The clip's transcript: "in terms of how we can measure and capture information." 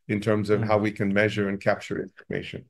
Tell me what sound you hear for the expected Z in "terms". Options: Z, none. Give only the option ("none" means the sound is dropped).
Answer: Z